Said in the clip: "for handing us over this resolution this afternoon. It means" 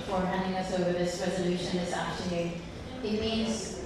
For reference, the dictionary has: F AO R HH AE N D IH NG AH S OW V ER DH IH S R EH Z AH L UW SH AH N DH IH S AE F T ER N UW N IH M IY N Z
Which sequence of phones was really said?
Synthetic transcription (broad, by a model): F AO R HH AE N D IH NG AH S OW V ER DH IH S R EH Z AH L UW SH AH N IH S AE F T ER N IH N IH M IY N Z